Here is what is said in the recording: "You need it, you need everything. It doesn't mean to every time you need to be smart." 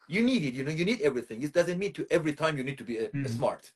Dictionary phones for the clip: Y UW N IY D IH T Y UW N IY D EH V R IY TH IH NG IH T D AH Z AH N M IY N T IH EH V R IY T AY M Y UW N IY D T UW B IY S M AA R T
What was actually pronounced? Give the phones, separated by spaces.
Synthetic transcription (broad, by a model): Y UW N IY D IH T Y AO N IY D EH V R IY TH IH NG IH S D AH Z AH N M IY N T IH EH V R IY T AY M Y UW N IY D T UW B IY S M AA R T